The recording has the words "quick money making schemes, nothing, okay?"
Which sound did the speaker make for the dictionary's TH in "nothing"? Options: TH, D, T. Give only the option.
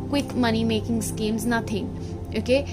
T